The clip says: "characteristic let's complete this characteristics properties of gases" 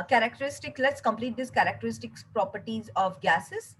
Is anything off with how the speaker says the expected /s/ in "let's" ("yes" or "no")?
no